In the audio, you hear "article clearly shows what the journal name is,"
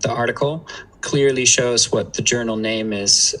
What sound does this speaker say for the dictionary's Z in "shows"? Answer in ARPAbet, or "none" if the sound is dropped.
Z